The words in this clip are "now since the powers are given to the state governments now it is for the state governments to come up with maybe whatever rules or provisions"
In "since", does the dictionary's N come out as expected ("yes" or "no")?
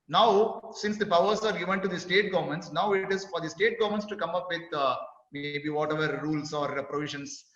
yes